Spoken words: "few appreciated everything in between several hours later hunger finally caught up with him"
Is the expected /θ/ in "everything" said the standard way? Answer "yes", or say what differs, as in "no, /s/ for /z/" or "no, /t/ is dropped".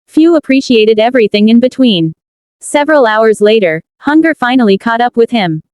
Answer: yes